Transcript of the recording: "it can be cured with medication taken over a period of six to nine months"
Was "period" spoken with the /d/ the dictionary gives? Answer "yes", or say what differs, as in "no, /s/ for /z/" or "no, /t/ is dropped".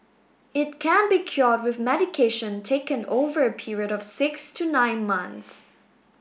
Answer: yes